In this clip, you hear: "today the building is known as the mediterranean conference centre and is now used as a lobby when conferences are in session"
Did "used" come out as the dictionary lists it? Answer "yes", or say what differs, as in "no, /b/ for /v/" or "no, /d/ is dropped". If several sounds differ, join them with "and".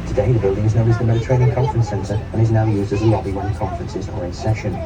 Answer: yes